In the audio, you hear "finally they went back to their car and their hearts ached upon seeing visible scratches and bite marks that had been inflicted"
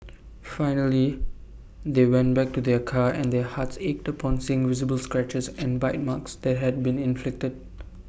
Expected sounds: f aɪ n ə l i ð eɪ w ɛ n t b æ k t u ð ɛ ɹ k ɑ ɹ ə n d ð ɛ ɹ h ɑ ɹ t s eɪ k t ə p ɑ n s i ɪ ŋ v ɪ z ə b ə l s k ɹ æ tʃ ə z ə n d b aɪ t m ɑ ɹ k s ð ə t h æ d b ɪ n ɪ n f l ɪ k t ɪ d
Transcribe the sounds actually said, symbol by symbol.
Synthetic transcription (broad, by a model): f aɪ n ə l i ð eɪ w ɛ n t b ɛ k t u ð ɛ k ɑ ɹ ə n d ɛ h ɑ t s eɪ k t ə p ɑ n s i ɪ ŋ v ɪ z ə b ə l s k ɹ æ tʃ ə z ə n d b aɪ t m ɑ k s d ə t h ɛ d b ɪ n ɪ n f l ɪ k t ɪ d